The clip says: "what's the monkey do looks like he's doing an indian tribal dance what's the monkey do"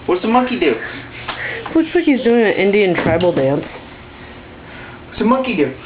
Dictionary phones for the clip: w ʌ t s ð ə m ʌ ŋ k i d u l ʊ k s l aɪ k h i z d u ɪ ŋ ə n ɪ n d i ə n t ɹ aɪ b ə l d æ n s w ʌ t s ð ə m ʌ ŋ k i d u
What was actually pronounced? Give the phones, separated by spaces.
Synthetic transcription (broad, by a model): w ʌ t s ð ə m ʌ ŋ k i d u w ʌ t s w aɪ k h i z d u ɪ ŋ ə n ɪ n d i ə n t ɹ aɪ b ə l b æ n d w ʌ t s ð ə m ʌ ŋ k i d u